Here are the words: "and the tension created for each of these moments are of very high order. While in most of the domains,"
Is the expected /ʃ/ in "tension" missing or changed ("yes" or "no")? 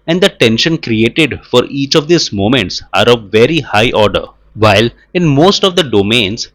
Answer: no